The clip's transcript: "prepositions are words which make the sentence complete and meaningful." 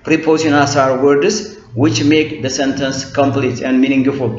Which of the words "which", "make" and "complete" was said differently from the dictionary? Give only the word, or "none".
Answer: none